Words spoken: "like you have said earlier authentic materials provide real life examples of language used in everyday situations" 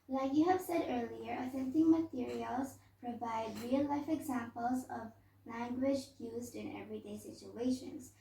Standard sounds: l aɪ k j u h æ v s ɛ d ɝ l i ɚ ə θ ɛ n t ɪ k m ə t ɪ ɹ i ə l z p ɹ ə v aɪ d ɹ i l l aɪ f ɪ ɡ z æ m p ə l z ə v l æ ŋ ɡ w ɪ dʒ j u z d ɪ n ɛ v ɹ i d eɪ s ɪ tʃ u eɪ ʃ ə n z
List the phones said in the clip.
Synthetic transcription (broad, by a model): l aɪ k j u h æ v s ɛ d ɝ l i ɚ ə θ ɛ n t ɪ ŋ m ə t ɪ ɹ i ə l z p ɹ ə v aɪ d ɹ i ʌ l aɪ f ɪ ɡ z æ m p ə l z ə v l æ ŋ ɡ w ɪ dʒ j u z d ɪ n ɛ v ɹ i d eɪ s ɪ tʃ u eɪ ʃ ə n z